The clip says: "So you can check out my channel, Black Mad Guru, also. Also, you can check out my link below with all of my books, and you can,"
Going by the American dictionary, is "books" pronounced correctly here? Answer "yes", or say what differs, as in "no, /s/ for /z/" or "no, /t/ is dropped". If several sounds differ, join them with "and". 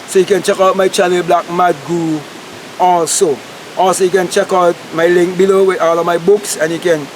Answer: yes